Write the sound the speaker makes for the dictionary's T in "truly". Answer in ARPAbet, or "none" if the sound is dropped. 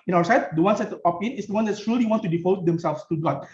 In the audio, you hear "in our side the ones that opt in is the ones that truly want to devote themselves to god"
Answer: S